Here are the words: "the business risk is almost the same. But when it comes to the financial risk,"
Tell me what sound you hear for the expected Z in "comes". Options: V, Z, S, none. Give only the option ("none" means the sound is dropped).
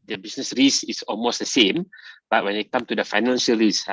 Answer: none